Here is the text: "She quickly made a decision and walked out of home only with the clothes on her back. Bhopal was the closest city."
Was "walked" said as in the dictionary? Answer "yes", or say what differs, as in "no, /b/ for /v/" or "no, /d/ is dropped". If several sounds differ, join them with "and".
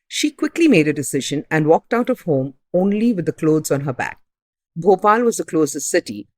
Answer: yes